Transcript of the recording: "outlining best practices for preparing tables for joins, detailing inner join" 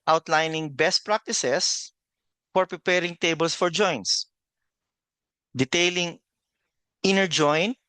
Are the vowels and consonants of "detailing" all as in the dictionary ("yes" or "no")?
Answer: yes